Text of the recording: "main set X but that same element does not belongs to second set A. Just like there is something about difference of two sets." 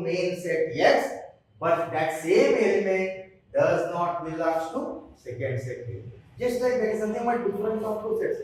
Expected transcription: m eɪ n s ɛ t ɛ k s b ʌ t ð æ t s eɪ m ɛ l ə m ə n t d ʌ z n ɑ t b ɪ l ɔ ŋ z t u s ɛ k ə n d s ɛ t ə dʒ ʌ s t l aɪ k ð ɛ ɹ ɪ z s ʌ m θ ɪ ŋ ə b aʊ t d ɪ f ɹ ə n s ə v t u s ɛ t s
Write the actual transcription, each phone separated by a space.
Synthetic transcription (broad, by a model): m eɪ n s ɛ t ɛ s b ʌ t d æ t s eɪ m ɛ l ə m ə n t d ʌ z n ɑ t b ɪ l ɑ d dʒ t u s ɛ k ə n d s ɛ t ə dʒ ʌ s t l aɪ k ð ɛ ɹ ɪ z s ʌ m t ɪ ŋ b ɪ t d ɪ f ɹ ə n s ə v t u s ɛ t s